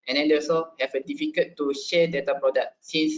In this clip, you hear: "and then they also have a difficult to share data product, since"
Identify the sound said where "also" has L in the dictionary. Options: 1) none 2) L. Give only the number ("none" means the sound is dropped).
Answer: 1